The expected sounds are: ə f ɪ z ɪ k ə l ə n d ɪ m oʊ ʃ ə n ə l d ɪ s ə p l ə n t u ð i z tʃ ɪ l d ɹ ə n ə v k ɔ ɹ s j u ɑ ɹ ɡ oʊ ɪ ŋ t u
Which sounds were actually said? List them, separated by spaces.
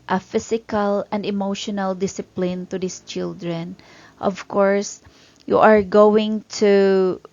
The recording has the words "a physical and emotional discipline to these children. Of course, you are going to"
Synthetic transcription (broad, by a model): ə f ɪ s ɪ k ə l ə n d ɪ m oʊ ʃ ə n ə l d ɪ s ə p l ə n t u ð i s tʃ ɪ l d ɹ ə n ə v k ɔ ɹ s j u ɑ ɹ ɡ oʊ ɪ ŋ t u